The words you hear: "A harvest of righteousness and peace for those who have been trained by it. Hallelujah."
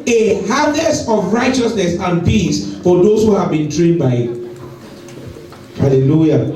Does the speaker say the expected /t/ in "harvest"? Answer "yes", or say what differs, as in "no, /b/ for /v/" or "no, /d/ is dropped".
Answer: no, /t/ is dropped